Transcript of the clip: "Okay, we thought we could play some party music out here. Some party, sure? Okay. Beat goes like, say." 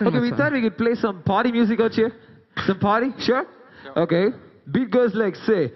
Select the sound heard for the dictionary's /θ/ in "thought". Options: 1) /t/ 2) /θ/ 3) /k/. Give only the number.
1